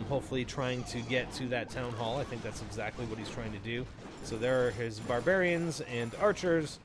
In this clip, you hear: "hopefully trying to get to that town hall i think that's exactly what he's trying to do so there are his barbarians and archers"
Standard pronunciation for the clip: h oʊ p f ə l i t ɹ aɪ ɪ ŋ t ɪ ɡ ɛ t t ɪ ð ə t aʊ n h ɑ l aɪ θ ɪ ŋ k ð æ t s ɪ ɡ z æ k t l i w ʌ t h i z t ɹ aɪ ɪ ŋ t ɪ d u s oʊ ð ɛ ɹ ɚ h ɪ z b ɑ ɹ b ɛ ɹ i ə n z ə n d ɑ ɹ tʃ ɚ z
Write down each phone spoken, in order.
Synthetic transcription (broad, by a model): h oʊ p f l i t ɹ aɪ ɪ ŋ t ɪ ɡ ɛ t t ɪ ð ə t aʊ n h ɑ l aɪ θ ɪ ŋ k ð æ t s ɪ ɡ z æ k t l i w ʌ t h i z t ɹ aɪ ɪ ŋ t ɪ d u s oʊ ð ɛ ɹ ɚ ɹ ɪ z b ɑ ɹ b ɛ ɹ i ə n z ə n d ɑ ɹ tʃ ɚ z